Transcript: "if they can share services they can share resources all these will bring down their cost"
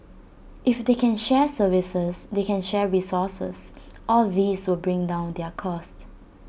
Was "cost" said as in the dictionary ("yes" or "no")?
yes